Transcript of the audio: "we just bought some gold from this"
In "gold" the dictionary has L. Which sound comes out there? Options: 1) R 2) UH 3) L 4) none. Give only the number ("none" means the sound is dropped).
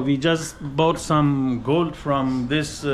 3